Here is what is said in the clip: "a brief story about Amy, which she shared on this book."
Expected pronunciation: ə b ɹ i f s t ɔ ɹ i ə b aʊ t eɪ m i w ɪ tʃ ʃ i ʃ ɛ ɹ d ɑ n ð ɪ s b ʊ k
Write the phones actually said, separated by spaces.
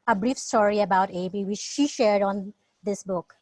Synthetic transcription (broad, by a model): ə b ɹ i f s t ɔ ɹ i ə b aʊ t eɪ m i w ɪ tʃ ʃ i ʃ ɛ ɹ d ɑ n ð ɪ s b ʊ k